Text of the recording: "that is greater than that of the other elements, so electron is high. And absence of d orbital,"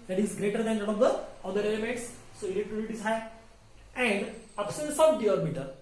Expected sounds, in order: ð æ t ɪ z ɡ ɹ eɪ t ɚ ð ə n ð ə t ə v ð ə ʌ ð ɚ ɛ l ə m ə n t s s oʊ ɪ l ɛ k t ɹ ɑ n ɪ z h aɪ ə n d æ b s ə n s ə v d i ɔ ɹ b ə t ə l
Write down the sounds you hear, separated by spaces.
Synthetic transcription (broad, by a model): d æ t ɪ z ɡ ɹ eɪ t ɚ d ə n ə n ə v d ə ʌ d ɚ ɛ l ə m ə n t s s oʊ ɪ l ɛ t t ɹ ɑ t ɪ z h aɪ ə n d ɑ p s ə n s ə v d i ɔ ɹ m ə t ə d